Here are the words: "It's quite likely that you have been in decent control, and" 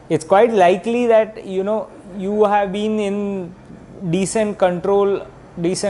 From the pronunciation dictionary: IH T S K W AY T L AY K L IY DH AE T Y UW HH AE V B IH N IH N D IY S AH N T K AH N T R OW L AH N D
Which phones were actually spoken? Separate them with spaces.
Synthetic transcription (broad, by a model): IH T S K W AY T L AY K L IY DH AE T Y UW HH AE V B IH N IH N D IY S AH N T K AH N T R OW L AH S